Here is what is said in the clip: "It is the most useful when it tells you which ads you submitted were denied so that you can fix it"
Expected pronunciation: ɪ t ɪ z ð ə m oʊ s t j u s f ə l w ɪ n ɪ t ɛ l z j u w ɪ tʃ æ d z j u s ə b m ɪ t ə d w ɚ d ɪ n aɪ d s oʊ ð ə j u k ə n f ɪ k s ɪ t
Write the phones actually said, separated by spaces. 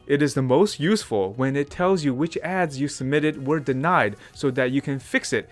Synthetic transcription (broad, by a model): ɪ t ɪ z ð ə m oʊ s t j u s f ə l w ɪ n ɪ t ɛ l z j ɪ w ɪ tʃ æ d z j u s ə b m ɪ t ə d w ɚ d ɪ n aɪ d s oʊ ð ə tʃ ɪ k ə n f ɪ k s ɪ t